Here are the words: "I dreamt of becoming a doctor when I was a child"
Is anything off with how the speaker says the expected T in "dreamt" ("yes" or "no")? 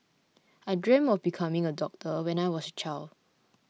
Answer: yes